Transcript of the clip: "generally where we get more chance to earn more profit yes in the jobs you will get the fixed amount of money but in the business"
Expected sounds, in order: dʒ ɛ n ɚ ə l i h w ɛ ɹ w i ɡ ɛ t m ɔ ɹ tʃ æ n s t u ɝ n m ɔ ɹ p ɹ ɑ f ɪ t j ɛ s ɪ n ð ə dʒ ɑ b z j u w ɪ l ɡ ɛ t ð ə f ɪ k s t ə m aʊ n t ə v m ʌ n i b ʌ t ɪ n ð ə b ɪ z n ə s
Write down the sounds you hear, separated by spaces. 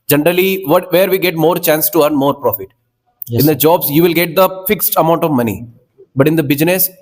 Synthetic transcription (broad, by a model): dʒ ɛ n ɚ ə l i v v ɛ ɹ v i ɡ ɛ t m ɔ ɹ tʃ æ n s t u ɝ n m ɔ ɹ p ɹ ɑ f ɪ t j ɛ ɪ n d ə dʒ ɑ b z j u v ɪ l ɡ ɛ t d ə f ɪ k s t ə m aʊ n t ə v m ʌ n i b ʌ t ɪ n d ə b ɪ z n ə s